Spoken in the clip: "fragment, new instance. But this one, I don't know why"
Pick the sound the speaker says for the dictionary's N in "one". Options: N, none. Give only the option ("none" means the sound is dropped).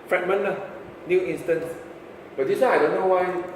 none